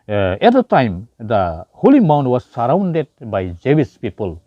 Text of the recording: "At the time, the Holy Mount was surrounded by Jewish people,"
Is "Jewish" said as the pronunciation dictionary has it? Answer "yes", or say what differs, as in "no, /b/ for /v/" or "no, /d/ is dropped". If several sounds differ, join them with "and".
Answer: no, /s/ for /ʃ/